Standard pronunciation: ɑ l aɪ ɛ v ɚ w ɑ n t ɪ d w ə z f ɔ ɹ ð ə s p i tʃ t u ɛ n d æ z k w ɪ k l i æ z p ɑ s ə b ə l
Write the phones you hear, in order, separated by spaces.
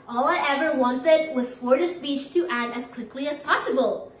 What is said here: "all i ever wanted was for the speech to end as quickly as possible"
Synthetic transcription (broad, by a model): ɑ l aɪ ɛ v ɚ w ɑ n t ɪ d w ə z f ɔ ɹ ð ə s p i tʃ t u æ d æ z k w ɪ k l i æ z p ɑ s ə b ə l